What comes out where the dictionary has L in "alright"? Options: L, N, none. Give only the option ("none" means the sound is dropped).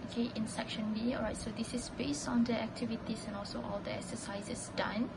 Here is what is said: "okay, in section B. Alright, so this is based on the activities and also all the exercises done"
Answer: none